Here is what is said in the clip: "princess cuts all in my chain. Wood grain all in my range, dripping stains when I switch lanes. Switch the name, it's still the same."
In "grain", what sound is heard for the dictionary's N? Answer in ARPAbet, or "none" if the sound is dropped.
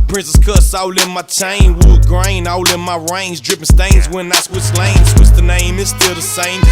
N